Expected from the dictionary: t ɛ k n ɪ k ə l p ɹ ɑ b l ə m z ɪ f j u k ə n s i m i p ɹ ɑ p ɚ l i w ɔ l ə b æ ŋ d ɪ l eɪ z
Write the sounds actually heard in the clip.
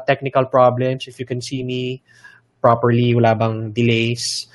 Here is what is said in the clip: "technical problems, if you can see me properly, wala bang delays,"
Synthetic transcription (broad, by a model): t ɛ k n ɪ k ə l p ɹ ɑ b l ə m s ɪ f j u k ə n s i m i p ɹ ɑ p ɚ l i w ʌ l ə b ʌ ŋ d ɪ l eɪ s